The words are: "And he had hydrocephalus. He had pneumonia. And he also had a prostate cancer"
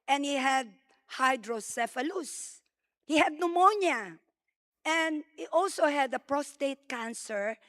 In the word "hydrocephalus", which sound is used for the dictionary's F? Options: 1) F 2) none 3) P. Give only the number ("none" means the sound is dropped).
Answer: 1